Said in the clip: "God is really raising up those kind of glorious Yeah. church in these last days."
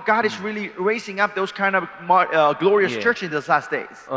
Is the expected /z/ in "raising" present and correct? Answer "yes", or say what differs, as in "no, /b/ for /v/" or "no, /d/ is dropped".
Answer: no, /s/ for /z/